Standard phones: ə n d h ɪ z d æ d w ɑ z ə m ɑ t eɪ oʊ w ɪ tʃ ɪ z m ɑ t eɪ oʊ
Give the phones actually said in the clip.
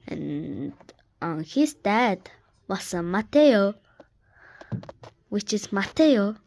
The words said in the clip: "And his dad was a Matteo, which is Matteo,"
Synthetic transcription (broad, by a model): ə n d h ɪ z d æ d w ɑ s ə m ɑ t eɪ oʊ w ɪ tʃ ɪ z m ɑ t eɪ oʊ